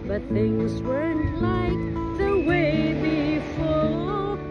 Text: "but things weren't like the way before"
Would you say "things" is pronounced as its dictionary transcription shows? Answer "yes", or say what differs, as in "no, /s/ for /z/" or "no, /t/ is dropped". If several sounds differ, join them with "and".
yes